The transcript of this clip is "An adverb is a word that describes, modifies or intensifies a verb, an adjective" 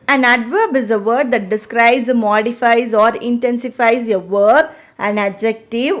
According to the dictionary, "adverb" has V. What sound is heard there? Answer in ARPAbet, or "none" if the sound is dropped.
V